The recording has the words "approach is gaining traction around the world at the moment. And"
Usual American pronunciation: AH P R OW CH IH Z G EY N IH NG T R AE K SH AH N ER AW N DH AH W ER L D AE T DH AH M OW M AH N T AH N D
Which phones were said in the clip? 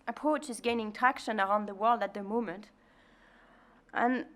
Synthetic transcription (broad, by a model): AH P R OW CH IH Z G EY N IH NG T AE K SH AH N ER AW N DH AH W ER L D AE T DH AH M OW M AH N T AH N